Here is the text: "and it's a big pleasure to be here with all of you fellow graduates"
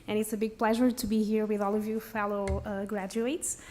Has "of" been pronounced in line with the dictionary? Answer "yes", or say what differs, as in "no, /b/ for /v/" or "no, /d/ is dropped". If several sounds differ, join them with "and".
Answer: yes